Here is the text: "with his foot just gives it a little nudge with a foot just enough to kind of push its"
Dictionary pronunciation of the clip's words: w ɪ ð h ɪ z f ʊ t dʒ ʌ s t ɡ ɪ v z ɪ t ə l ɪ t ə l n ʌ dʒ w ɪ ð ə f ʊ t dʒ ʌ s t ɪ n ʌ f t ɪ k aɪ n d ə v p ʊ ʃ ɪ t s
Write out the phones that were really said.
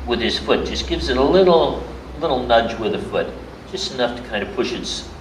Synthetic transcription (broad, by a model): w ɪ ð ɪ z f ʊ t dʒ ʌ s ɡ ɪ v z ɪ t ə l ɪ t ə l n ʌ dʒ w ɪ ð ə f ʊ t dʒ ʌ s t ɪ n ʌ f t ɪ k aɪ n d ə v p ʊ ʃ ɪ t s